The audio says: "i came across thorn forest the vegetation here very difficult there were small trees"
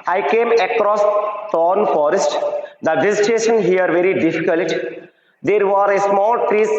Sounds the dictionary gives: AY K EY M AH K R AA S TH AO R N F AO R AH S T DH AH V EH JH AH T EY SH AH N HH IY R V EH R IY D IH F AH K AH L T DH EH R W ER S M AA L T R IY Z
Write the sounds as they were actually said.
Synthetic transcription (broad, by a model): AY K EY M AH K R AA S T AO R N F AO R AH S T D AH V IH Z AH T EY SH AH N HH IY R V EH R IY D IH F AH K AH L T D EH R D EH S M AA L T R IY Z